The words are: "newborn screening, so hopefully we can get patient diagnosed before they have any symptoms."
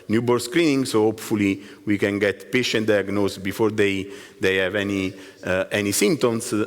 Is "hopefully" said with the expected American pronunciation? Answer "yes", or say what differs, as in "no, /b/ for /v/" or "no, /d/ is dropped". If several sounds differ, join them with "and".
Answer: yes